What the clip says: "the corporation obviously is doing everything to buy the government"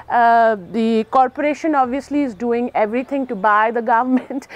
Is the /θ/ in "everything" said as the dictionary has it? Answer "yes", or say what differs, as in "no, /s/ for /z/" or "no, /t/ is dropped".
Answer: no, /t/ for /θ/